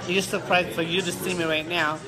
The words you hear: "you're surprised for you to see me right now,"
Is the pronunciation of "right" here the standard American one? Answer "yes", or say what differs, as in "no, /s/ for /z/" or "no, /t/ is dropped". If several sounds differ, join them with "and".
yes